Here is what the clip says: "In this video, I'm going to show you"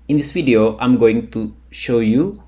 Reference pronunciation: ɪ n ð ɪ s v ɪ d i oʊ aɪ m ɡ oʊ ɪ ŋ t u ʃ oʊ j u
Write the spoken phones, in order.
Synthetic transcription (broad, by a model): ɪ n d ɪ s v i d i oʊ aɪ m ɡ oʊ ɪ ŋ t u ʃ oʊ j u